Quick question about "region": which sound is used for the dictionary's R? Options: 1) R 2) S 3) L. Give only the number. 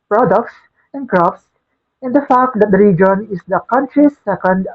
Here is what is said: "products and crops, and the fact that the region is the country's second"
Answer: 1